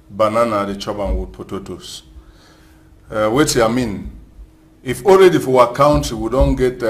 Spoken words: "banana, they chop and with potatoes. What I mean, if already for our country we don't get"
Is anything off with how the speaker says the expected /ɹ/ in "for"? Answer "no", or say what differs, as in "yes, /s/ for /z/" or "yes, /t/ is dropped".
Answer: yes, /w/ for /ɹ/